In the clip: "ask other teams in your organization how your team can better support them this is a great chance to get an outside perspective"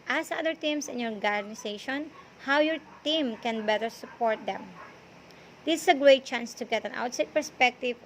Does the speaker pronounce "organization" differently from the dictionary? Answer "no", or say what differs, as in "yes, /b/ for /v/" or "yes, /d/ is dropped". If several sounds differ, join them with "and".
yes, /s/ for /z/